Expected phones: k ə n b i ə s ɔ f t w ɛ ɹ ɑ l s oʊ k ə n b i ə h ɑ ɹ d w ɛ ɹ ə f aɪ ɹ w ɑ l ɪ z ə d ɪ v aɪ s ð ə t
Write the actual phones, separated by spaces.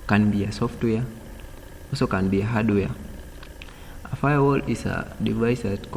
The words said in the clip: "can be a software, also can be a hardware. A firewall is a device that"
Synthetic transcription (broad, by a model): k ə n b i ə s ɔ f t w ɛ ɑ s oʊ k ə n b i ə h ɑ d w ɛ ə f aɪ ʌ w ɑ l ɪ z ə d ɪ v aɪ s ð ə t